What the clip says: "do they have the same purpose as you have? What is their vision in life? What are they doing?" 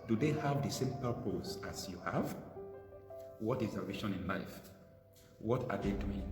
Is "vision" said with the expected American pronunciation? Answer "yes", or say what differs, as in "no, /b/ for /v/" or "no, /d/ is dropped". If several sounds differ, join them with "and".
no, /ʃ/ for /ʒ/